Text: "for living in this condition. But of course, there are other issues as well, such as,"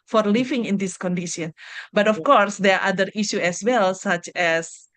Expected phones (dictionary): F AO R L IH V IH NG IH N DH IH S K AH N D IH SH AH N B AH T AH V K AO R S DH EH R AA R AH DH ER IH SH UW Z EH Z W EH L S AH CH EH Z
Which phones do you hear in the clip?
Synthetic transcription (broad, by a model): F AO R L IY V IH NG IH N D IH S K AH N D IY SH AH N B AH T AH F K AO R S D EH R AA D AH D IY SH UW EH S W EH L S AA CH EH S